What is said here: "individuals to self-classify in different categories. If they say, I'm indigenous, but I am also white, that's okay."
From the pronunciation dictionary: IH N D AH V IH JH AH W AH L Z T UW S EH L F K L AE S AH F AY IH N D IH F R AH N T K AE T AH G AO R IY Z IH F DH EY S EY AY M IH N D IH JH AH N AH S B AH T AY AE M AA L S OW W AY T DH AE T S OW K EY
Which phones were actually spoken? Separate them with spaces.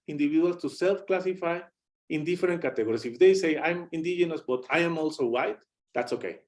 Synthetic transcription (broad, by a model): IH N D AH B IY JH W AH L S T UW S EH L F K L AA S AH F AY IH N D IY F R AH N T K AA T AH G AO R IY S IH F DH EY S EY AY M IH N D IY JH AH N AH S B AH T AY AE M AA L S OW W AY T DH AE T S OW K EY